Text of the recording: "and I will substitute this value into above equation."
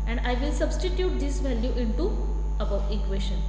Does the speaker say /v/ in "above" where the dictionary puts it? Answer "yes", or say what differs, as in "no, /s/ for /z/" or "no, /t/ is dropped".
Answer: no, /v/ is dropped